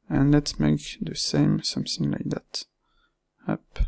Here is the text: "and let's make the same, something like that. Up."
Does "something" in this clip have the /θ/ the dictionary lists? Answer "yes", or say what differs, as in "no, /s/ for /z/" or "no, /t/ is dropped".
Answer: no, /s/ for /θ/